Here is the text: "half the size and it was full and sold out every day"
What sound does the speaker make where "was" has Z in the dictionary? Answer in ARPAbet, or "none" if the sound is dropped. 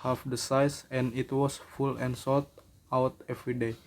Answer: S